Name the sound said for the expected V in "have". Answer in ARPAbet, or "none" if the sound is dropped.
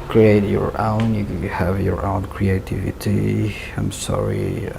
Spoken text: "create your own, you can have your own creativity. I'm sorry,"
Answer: V